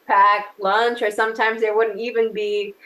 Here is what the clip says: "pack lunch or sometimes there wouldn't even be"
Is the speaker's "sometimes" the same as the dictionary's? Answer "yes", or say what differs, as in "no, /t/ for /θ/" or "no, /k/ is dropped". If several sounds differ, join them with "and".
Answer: yes